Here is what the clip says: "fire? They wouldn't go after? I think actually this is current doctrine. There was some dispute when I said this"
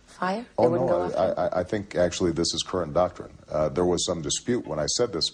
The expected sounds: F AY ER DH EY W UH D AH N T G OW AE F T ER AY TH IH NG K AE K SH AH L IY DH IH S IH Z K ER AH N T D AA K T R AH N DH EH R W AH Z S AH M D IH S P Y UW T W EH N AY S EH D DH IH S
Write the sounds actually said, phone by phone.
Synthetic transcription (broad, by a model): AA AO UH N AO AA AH T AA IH T AY TH IH NG K AE K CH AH L IY DH IH S IH Z K ER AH N D AA K T R AH N DH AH R W AH Z S AH M D IH S P Y UW T W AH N AY S EH D DH IH S